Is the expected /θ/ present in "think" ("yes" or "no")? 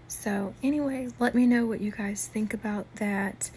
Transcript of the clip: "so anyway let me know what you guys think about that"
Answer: yes